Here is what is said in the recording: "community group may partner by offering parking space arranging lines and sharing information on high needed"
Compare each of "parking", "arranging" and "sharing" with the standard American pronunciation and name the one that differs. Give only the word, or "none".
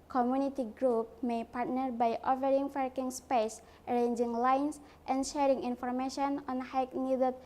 parking